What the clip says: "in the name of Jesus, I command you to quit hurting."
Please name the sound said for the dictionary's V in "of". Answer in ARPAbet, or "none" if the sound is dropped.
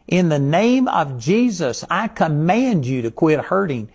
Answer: V